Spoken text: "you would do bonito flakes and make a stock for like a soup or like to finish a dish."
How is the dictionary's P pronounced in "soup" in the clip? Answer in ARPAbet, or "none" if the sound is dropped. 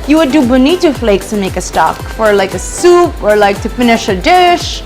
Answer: P